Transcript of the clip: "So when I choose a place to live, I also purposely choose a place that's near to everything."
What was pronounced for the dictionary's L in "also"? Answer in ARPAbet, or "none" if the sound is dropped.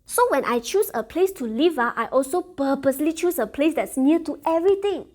L